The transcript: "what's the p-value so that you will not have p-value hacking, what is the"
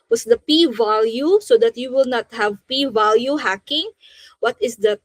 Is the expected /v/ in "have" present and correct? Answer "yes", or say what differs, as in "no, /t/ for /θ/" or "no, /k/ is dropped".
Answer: yes